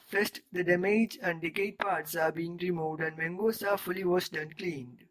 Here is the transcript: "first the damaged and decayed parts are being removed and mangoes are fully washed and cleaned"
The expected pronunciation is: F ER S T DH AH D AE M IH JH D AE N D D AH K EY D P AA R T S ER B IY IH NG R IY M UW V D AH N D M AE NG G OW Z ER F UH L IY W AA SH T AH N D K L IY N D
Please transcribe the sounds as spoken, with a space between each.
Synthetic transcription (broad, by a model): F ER S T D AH D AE M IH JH AE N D D AH K EY D P AA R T S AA B IY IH NG R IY M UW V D AH N D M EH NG G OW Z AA F UH L IY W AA S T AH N K L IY N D